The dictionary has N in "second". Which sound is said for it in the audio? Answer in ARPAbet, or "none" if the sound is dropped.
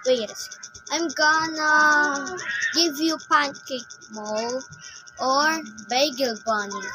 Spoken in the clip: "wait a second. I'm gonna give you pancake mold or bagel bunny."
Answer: none